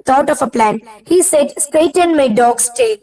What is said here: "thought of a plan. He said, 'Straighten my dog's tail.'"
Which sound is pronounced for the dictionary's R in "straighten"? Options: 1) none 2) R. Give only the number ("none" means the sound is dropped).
1